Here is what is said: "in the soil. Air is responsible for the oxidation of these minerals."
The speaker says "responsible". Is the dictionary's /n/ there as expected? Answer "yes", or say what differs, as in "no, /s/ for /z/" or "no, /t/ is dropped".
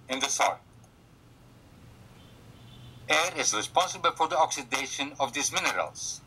yes